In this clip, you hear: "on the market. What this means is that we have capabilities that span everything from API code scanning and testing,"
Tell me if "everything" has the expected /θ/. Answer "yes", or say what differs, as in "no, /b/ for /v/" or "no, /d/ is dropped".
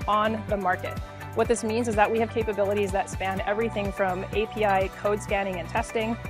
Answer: yes